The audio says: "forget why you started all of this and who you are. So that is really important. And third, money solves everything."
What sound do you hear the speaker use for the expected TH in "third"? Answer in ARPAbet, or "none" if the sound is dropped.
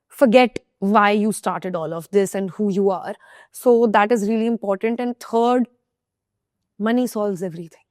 T